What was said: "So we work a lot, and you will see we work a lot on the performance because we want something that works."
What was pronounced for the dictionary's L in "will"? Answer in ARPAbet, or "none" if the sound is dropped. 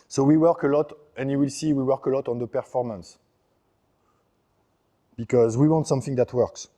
L